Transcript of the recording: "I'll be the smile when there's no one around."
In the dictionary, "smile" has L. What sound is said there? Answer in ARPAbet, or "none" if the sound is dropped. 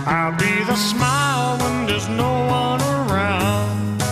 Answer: L